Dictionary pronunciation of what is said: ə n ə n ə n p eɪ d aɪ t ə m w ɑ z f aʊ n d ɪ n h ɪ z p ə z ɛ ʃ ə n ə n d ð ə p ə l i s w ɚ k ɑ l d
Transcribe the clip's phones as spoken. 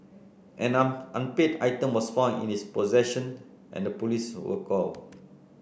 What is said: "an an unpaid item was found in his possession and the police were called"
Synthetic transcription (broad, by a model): ə n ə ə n p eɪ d aɪ t ə m w ɑ s f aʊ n ɪ n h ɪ s p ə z ɛ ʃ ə n ə n d ə p ə l i s w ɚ k ɑ l